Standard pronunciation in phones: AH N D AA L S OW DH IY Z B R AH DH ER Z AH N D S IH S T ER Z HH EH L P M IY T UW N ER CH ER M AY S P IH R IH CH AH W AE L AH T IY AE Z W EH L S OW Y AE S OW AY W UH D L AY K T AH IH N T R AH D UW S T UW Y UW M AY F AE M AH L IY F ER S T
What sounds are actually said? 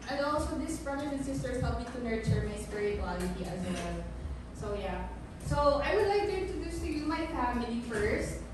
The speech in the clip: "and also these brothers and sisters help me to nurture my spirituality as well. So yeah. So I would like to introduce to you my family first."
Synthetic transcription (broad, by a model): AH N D AA L S OW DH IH S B R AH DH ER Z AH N S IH S T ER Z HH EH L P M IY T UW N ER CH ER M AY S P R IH AH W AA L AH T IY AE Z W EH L S OW Y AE S OW AY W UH D L AY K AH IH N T AH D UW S T UW Y UW M AY F AE M AH L IY F ER S T